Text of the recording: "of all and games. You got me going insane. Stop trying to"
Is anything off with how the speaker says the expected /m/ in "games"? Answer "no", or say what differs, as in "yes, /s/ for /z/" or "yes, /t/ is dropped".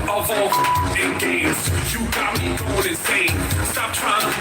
yes, /m/ is dropped